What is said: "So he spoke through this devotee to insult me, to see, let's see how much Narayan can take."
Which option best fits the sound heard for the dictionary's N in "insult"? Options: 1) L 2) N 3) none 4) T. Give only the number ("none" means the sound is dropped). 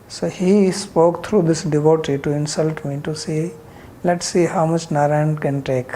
2